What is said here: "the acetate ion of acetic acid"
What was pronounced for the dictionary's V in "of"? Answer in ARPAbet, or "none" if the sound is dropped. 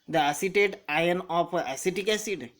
P